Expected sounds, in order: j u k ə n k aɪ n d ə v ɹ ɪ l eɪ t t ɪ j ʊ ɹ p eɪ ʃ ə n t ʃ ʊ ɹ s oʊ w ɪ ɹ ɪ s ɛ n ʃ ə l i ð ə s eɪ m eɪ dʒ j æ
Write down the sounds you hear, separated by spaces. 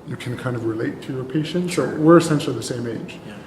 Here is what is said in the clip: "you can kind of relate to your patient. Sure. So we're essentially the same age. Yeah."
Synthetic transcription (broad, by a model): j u k ə n k aɪ n d ə v ɹ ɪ l eɪ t t ɪ j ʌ ɹ p eɪ ʃ ə n t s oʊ w ɪ ɹ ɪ s ɛ n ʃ l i ð ə s eɪ m eɪ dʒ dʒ